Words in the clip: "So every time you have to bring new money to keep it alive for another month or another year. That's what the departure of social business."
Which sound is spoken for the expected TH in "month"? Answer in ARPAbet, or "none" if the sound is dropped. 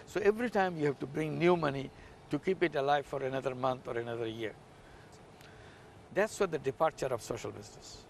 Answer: T